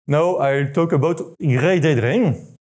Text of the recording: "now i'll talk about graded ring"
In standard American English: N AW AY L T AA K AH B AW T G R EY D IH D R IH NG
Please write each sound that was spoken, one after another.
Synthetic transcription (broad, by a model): N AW AY L T AA K AH B AW T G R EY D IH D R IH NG